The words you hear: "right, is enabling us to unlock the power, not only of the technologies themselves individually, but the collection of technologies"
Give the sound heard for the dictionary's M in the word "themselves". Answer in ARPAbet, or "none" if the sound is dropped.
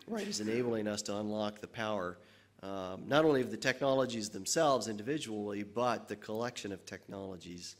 M